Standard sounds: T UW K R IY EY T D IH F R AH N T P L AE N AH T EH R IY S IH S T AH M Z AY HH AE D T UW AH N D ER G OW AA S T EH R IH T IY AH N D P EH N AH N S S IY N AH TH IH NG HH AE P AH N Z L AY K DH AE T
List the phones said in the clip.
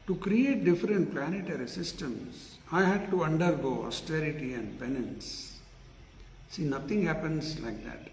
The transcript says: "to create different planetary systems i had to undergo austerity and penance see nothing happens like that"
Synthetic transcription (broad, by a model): T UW K R IY EY T D IH F R AH N T P L AE N AH T EH R IY S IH S T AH M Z AY HH AE D T UW AH N D ER G OW AA S T EH R IH T IY AH N D P EH N AH N S S IY N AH T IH NG HH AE P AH N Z L AY K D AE T